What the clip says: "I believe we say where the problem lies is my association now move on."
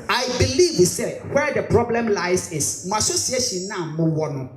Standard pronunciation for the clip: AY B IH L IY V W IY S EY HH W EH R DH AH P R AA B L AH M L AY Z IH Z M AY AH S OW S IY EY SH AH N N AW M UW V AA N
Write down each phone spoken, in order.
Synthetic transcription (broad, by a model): AY B IH L IY V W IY S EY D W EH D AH P R AA B L AH M L AY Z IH S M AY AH S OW S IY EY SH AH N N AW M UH W AA N